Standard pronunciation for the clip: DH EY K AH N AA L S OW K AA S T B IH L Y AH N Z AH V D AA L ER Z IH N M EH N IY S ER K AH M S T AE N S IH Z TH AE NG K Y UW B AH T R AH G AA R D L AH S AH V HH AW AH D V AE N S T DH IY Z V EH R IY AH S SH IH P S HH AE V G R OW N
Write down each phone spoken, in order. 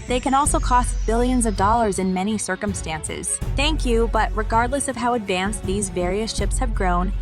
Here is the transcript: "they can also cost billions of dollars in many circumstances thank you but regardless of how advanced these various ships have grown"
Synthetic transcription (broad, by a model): DH EY K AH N AA L S OW K AA S T B IH L Y AH N Z AH V D AA L ER Z IH N M EH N IY S ER K AH M S T AE N S IH Z TH AE NG K Y UW B AH T R AH G AA R D L AH S AH V HH AW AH D V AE N S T DH IY Z V EH R IY AH S SH IH P S HH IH V G R OW N